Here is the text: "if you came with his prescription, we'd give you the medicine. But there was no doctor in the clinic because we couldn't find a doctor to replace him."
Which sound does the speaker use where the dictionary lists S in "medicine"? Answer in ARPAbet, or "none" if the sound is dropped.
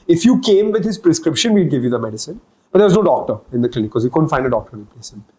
S